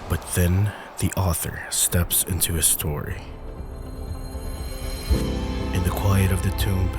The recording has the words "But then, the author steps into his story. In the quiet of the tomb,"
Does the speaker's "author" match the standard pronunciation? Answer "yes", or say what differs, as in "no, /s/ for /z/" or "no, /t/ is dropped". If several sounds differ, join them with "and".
yes